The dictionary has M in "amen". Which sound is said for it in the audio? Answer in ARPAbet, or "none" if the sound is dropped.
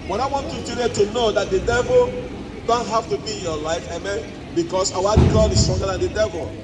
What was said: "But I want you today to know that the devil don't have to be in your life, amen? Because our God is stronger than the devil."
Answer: M